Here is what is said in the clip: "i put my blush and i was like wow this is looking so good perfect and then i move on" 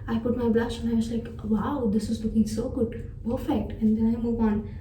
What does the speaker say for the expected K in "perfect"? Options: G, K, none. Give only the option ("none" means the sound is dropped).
none